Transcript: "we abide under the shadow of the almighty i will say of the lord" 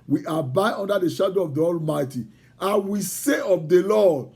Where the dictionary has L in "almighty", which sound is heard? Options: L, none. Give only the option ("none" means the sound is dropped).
L